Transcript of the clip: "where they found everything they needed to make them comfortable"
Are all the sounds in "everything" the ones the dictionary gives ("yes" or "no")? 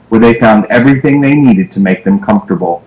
yes